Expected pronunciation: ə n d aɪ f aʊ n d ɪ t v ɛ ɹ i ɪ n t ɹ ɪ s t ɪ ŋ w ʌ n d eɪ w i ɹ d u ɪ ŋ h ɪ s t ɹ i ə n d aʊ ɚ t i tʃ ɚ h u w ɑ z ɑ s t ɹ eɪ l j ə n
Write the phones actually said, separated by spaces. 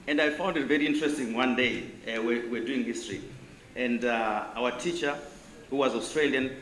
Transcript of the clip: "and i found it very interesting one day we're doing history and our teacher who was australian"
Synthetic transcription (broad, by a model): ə n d aɪ f aʊ n d ɪ t v ɛ ɹ i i n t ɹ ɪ s t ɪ ŋ w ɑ n d eɪ w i w d u ɪ ŋ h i s t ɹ i ə n d aʊ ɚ t i tʃ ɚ h u w ɑ z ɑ s t ɹ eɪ l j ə n